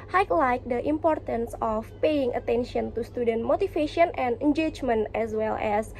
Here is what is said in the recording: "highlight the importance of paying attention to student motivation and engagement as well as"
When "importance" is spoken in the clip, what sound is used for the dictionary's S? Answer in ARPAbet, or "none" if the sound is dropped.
S